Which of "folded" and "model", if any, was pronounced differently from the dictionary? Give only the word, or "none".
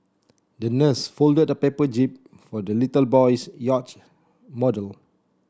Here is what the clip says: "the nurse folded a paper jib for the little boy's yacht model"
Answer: none